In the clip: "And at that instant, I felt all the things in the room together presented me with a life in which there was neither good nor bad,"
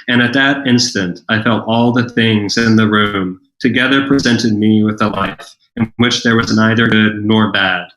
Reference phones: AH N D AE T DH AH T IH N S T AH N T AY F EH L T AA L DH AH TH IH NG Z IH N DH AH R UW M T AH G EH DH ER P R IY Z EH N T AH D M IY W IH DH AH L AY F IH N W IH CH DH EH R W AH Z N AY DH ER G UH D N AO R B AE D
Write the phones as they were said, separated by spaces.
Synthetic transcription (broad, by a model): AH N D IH T DH AH T IH N S T AH N T AY F EH L T AA L DH AH TH IH NG Z IH N DH AH R UW M T AH G EH DH ER P R IY Z EH N T AH D M IY W IH DH AH L AY F IH N W IH CH DH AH R W AH Z N AY DH ER G UH D N AO R B AE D